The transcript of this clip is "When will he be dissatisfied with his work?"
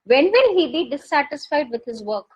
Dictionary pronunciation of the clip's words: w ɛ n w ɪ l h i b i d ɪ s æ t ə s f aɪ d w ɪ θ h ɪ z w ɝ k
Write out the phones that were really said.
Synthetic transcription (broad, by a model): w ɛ n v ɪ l h i b i d ɪ s æ t ə s f aɪ d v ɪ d h ɪ z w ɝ k